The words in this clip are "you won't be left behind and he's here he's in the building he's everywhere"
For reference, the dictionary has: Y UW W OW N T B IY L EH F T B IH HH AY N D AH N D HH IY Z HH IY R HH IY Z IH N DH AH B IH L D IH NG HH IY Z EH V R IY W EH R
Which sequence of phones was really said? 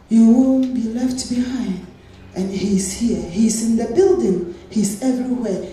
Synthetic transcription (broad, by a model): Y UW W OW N B IY L EH F T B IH HH AY N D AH N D HH IY Z HH IY R HH IY Z IH N DH AH B IH L D IH NG HH IY Z EH V R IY W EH